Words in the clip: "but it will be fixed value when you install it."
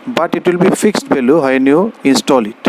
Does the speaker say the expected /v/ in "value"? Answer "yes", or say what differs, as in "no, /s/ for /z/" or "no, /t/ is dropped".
no, /b/ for /v/